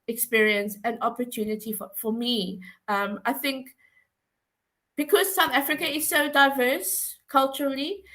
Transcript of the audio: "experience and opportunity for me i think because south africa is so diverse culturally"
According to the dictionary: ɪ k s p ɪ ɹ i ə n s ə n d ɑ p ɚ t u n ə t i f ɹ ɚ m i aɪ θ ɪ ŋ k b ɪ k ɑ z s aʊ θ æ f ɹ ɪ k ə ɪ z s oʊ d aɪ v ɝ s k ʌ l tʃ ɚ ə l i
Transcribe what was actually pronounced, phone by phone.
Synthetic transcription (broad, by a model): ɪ k s p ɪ ɹ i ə n s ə n ɑ p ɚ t u n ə t i f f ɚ m i aɪ θ ɪ ŋ k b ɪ k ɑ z s aʊ θ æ f ɹ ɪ k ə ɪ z s oʊ d aɪ v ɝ s k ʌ l tʃ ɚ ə l i